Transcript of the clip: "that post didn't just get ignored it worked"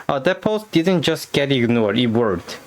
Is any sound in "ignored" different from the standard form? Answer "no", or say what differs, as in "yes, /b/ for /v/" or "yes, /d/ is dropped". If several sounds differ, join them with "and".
yes, /d/ is dropped